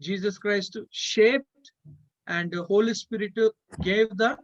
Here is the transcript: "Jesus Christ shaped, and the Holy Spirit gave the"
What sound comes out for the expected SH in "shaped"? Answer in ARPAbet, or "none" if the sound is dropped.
SH